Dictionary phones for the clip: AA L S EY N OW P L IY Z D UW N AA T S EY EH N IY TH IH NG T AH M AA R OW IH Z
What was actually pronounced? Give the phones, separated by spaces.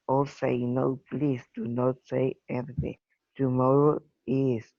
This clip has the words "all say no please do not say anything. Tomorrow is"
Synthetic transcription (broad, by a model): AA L S EY N OW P L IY S D UW N AA T S EY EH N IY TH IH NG T AH M AA R OW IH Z